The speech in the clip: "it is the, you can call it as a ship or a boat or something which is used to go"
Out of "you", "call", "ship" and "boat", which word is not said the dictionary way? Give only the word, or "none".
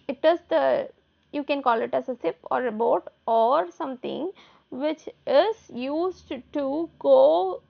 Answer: ship